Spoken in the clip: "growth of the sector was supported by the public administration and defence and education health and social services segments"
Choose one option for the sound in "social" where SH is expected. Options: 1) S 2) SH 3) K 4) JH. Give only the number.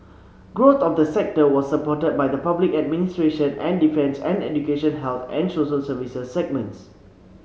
1